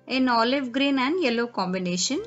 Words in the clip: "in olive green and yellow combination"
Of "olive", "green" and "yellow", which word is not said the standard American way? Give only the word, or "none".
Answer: none